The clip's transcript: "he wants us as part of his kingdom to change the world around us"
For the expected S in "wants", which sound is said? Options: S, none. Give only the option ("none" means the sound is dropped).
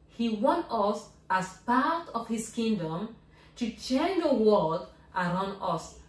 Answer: none